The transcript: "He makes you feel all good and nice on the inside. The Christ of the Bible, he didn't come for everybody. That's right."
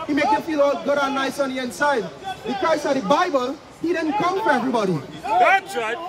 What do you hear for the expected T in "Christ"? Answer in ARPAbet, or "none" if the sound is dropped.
none